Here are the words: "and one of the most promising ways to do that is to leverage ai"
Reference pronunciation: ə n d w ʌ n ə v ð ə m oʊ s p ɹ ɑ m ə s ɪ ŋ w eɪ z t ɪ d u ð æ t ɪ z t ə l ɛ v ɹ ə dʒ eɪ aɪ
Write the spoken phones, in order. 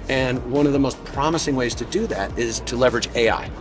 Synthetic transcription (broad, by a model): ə n w ʌ n ə v ð ə m oʊ s p ɹ ɑ m ə s ɪ ŋ w eɪ z t ɪ d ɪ ð æ t ɪ z t ə l ɛ v ɹ ə dʒ eɪ aɪ